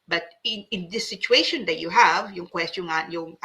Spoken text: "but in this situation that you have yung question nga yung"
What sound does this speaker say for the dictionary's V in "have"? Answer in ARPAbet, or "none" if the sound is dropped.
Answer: V